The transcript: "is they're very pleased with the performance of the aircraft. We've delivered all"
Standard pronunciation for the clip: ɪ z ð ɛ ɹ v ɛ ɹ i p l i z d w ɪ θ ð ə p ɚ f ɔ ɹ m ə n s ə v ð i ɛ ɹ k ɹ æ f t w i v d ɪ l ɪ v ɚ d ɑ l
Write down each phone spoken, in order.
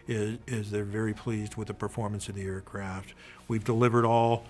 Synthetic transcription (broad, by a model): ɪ z ð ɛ ɹ v ɛ ɹ i p l i z d w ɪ ð ə p ɚ f ɔ ɹ m ə n s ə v ð i ɛ ɹ k ɹ æ f t w i v d ɪ l ɪ v ɚ d ɑ l